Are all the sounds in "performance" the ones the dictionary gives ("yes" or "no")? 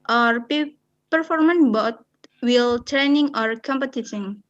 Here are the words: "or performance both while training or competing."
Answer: no